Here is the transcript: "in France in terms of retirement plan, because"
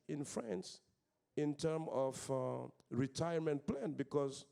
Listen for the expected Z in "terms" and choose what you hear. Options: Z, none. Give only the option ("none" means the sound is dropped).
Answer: none